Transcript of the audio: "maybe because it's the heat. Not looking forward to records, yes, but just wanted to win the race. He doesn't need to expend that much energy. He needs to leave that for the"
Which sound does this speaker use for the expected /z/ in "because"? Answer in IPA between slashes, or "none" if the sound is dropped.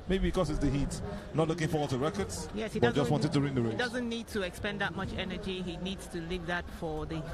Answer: /s/